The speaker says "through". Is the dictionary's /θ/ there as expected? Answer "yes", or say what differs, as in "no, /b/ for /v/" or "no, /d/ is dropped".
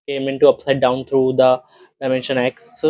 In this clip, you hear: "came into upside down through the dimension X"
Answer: no, /t/ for /θ/